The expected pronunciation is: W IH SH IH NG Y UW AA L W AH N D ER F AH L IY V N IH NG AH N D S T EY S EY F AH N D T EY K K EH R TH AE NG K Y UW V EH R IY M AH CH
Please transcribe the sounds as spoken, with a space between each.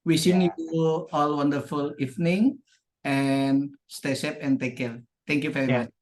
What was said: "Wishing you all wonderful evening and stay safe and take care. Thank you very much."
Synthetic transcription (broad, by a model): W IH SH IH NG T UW AA L W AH N D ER F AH L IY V N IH NG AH N S T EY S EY P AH N T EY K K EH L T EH NG K Y UW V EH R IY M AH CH